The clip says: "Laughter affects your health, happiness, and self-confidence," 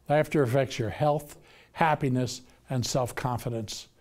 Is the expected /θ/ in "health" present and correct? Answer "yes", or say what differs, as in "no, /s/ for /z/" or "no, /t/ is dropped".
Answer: yes